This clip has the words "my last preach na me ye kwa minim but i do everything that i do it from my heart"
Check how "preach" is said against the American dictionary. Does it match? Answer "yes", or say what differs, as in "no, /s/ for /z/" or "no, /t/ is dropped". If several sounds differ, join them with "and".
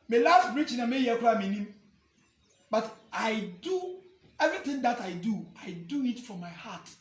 no, /b/ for /p/